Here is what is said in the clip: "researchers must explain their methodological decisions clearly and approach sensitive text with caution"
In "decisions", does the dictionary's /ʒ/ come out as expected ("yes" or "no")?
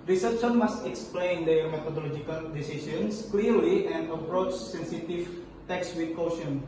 no